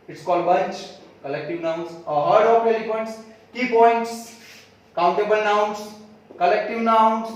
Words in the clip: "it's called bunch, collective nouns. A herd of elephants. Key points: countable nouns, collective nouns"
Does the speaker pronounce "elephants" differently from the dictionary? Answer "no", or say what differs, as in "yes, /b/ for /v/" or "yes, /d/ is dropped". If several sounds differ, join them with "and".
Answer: yes, /p/ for /f/